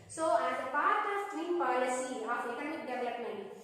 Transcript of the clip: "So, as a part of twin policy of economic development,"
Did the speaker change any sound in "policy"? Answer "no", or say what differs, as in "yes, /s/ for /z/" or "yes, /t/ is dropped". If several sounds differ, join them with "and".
no